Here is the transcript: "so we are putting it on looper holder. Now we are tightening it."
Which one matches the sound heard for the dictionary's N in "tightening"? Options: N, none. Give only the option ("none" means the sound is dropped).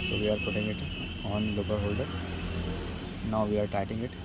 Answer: none